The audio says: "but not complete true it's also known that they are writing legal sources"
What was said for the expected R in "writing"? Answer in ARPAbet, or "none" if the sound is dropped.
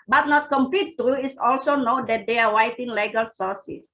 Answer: W